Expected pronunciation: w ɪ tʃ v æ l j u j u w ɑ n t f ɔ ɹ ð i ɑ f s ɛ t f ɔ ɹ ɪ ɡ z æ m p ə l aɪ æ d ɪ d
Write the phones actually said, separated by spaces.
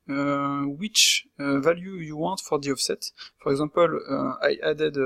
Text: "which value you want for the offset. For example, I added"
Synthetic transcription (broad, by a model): w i tʃ v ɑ l j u j u w ɑ t f ɔ ɹ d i ɑ f s ɛ t f ɔ ɹ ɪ ɡ z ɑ p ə l aɪ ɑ d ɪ d